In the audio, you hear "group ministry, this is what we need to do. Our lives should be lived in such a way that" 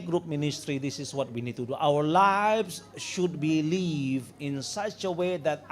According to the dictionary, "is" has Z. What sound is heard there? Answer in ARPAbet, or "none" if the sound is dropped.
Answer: S